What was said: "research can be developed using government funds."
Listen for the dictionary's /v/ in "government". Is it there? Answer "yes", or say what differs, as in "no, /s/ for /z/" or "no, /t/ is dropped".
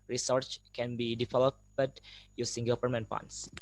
no, /p/ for /v/